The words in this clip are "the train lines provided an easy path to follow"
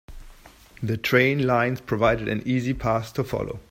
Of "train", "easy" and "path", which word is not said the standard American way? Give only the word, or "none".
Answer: path